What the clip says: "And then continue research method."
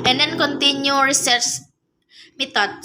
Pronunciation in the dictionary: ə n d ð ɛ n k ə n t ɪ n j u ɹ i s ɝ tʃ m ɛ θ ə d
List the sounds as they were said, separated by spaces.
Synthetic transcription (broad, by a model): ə n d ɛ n k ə n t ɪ n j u ɹ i s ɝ s m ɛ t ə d